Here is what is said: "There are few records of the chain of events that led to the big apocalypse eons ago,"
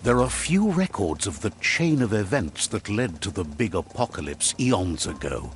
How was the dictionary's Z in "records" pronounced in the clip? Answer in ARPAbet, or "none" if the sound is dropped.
Z